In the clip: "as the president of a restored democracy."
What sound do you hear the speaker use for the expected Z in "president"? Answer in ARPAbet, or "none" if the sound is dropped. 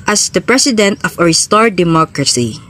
S